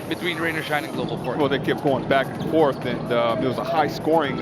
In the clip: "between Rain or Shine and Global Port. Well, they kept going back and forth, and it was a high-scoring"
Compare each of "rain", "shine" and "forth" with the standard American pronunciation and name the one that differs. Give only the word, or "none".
none